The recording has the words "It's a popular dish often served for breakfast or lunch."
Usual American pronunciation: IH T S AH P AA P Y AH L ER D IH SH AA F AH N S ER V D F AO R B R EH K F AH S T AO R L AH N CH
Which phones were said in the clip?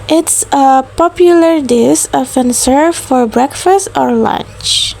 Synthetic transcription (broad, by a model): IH T S AH P AA P Y AH L ER D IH S AA F AH N S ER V F AO R B R EH K F AH S T AO R L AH N CH